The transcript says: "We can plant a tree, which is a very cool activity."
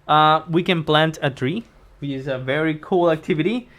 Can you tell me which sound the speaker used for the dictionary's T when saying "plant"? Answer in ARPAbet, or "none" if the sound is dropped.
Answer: T